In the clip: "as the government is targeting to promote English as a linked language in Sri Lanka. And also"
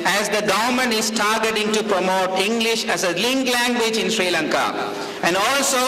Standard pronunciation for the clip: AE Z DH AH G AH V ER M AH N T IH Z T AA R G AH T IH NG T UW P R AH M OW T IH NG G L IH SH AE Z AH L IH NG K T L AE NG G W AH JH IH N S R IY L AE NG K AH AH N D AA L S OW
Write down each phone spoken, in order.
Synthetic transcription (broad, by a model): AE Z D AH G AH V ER M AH N IH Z T AA R G AH T IH NG T UW P R AH M OW T IH NG G L IH SH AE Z AH L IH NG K L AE NG G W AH JH IH N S R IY L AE NG K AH AH N D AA L S OW